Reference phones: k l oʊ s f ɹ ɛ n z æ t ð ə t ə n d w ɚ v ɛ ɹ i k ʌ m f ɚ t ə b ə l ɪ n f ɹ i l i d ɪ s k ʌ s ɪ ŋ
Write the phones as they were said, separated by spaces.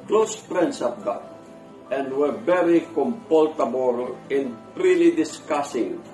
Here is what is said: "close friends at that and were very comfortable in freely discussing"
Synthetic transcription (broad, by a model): k l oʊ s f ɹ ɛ n s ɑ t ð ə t ə n d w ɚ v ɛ ɹ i k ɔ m p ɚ t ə b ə l ɪ n p ɹ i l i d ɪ s k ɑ s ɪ ŋ